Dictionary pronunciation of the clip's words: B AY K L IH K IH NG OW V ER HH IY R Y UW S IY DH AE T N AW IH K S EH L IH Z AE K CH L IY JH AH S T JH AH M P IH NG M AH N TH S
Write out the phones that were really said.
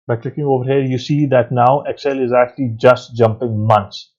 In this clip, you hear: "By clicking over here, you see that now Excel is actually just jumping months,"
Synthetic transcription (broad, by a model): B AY K L IH K IH NG OW V ER HH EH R Y UW S IY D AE T N AW IH K S EH L IH Z AE K CH L IY JH AH S T JH AH M P IH NG M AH N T S